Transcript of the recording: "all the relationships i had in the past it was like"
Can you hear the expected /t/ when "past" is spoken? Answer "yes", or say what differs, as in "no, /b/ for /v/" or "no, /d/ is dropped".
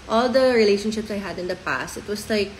yes